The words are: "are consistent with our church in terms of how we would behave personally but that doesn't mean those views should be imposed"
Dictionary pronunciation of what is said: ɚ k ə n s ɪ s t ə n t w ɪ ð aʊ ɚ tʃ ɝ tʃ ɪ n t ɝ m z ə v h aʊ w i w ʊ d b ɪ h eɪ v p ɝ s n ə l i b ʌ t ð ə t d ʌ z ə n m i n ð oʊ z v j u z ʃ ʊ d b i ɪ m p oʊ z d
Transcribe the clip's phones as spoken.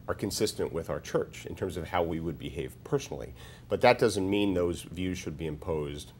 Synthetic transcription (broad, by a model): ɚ k ə n s ɪ s t ə n t w ɪ ð aʊ ɚ tʃ ɝ tʃ ɪ n t ɝ m z ə v h aʊ w i w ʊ d b ɪ h eɪ v p ɝ s n l i b ʌ t ð ə t d ʌ z ə n m i n ð oʊ z v j u z ʃ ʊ d b i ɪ m p oʊ z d